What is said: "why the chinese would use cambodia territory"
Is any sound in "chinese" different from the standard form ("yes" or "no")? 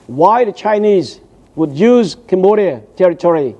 no